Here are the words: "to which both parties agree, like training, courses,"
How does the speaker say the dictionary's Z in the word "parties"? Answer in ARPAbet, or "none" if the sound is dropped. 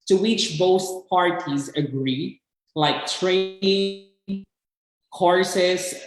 Z